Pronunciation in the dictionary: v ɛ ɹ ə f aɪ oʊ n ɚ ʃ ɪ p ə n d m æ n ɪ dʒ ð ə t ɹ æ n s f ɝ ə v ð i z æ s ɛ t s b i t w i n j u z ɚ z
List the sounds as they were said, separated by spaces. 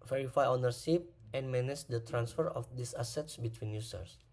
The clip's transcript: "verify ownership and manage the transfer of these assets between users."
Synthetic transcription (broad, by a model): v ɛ ɹ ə f aɪ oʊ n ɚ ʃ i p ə n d m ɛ n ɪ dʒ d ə t ɹ æ n s f ɝ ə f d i s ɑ s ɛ t s b i t w i n j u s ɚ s